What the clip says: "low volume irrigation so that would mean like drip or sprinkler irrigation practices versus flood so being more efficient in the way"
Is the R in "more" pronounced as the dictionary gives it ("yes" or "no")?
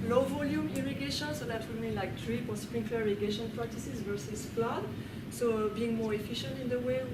yes